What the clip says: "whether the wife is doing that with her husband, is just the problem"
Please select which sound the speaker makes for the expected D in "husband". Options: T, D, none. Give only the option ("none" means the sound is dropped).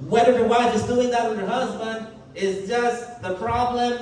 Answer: D